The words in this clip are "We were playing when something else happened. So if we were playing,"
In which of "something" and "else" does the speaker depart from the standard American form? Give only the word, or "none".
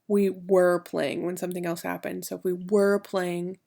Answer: none